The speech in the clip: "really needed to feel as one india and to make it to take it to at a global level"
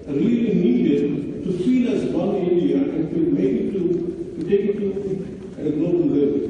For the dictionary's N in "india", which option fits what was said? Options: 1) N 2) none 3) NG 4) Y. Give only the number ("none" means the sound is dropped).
2